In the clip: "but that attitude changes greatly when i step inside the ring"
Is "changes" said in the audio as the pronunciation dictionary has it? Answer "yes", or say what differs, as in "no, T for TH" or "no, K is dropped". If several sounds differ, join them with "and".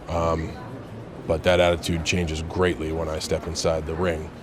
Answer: yes